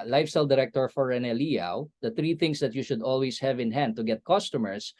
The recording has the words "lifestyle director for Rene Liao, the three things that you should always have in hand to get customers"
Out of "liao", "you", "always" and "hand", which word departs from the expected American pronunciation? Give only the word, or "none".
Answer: always